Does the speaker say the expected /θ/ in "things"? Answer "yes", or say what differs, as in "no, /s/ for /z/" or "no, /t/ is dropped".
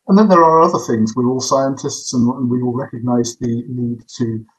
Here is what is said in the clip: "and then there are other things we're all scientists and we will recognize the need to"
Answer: yes